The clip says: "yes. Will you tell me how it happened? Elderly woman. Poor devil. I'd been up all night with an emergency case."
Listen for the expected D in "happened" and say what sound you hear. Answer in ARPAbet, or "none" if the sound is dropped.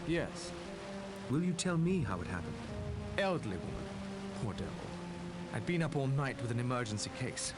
none